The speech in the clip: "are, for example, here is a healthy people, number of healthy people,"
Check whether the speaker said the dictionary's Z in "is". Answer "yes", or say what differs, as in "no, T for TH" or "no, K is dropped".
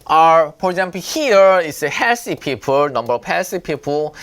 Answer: no, S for Z